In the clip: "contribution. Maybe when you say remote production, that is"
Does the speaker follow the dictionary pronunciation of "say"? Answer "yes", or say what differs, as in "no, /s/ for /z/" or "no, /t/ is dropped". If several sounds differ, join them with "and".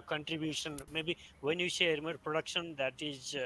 no, /ʃ/ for /s/